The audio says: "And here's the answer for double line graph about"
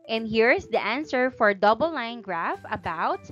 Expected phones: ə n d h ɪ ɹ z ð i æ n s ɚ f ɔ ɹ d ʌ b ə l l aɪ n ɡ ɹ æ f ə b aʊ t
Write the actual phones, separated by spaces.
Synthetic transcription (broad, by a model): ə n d h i ɹ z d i æ n s ɚ f ɔ ɹ d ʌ b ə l l aɪ n ɡ ɹ æ f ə b aʊ t